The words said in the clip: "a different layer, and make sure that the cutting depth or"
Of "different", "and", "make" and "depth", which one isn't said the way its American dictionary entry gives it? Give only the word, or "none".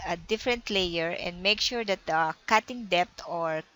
depth